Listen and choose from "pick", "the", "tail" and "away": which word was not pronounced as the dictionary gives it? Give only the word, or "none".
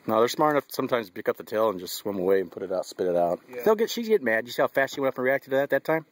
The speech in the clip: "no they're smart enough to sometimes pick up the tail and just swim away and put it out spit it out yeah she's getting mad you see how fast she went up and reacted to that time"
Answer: pick